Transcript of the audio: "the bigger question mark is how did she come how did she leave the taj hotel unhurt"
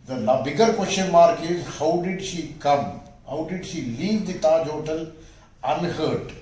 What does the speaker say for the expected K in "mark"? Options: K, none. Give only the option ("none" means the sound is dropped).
K